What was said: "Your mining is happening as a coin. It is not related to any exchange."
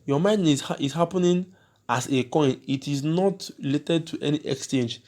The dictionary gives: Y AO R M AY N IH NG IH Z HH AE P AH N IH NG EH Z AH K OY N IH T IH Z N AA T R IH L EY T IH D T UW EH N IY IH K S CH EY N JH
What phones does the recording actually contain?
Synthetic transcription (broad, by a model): Y AO M AY N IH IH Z HH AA P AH N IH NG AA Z AH K OY N IH T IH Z N AA T L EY T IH D T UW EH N IY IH K S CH EY N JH